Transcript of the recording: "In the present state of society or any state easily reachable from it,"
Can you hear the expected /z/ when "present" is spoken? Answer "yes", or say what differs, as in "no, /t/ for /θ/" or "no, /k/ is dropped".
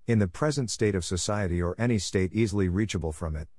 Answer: yes